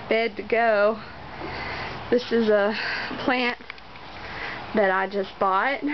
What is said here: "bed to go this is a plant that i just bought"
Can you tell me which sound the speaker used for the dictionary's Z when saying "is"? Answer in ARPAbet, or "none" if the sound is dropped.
Z